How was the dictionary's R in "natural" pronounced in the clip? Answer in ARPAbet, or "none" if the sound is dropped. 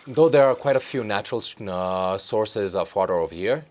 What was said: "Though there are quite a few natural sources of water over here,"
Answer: R